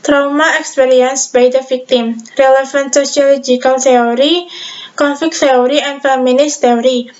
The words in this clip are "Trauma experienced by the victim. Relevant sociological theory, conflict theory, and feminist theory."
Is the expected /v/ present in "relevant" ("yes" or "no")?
no